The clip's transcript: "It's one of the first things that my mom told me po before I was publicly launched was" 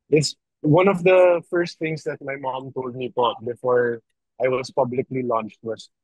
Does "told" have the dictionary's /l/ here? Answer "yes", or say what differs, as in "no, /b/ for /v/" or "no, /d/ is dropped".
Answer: yes